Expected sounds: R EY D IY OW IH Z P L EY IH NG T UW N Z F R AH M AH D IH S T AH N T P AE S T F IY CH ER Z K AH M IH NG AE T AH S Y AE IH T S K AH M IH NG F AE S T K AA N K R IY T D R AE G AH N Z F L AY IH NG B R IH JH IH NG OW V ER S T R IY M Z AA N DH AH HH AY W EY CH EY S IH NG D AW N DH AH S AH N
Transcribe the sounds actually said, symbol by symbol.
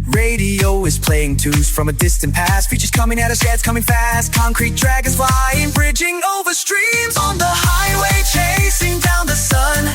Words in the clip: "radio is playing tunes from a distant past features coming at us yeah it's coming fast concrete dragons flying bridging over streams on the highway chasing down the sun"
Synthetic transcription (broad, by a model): R EY D IY OW IH Z P L EY IH NG T UW Z F R AH M AH D IH S T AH N P AE S T F IY CH ER Z K AH M IH NG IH T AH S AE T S K AH M IH NG F AE S T K AA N K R IY T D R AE G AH Z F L AY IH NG B R IH JH IH NG OW V ER S T R IY M Z N DH AH HH AY W EY CH EY S IH NG D AW N DH AH S AH N